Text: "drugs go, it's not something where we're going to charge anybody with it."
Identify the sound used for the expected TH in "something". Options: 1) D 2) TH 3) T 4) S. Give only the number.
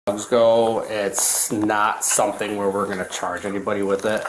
2